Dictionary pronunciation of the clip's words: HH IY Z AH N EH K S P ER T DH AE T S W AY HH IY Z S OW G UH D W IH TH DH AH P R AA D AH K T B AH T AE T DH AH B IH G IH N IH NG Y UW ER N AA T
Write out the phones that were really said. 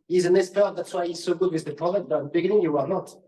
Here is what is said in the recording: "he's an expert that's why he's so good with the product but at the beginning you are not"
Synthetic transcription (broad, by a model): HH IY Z AH N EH S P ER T DH AE T S W AY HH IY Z S OW G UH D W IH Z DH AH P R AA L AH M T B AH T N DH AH B IH G IH N IH NG Y UW ER N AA T